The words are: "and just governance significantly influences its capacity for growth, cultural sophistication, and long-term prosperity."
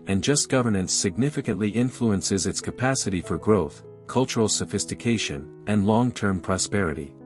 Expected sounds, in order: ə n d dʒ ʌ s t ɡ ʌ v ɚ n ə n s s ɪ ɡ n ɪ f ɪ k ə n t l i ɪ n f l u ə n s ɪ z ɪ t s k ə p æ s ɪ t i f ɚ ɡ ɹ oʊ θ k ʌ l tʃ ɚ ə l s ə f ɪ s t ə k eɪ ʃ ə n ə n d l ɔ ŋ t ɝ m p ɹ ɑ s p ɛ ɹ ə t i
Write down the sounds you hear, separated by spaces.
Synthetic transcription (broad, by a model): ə n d dʒ ʌ s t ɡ ʌ v ɚ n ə n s s ɪ ɡ n ɪ f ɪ k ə n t l i ɪ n f l u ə n s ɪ z ɪ t s k ə p æ s ɪ t i f ɚ ɡ ɹ oʊ θ k ʌ l tʃ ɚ l s ə f ɪ s t ə k eɪ ʃ ə n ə n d l ɔ ŋ t ɝ m p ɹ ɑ s p ɛ ɹ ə t i